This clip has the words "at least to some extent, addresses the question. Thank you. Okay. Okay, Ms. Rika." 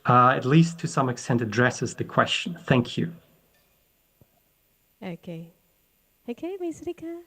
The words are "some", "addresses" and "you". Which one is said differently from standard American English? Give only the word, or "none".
none